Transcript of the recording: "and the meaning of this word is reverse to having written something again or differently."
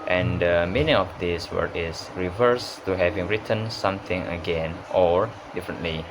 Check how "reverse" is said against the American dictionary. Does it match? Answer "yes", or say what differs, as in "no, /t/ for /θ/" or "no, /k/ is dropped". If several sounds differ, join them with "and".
yes